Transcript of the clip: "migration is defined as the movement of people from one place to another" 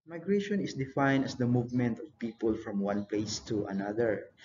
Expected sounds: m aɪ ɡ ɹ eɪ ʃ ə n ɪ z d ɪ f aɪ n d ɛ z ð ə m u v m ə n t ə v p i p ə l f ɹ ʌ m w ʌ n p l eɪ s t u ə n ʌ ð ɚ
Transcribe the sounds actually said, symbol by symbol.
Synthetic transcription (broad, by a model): m aɪ ɡ ɹ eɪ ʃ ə n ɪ s d ɪ f aɪ n d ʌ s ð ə m u v m ə n t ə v p i p ə l f ɹ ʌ m w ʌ n p l eɪ s t u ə n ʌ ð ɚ